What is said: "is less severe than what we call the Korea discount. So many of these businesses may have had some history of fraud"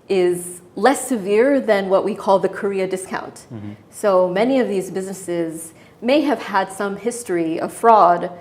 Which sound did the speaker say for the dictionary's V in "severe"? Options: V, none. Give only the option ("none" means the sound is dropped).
V